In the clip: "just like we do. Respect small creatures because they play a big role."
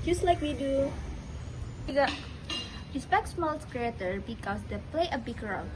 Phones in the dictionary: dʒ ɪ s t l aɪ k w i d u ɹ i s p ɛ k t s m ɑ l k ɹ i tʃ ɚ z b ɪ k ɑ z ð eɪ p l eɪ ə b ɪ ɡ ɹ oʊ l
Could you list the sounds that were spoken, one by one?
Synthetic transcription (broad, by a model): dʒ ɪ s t l aɪ k w i d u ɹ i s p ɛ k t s m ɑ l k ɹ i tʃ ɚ b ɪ k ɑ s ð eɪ p l eɪ ə b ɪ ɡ ɹ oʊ